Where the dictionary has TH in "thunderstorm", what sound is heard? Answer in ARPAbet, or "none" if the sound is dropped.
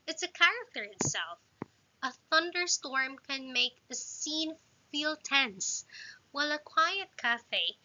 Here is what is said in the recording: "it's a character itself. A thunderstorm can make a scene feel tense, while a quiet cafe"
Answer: TH